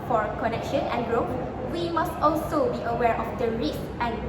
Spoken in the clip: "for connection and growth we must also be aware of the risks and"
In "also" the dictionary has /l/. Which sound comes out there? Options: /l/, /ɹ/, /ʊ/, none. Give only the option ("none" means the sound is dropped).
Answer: /l/